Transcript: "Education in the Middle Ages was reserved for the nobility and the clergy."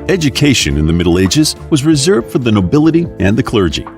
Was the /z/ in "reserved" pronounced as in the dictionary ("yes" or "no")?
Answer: yes